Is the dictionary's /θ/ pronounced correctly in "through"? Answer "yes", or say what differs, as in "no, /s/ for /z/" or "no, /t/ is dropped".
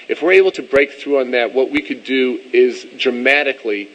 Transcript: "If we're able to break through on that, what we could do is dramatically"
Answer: yes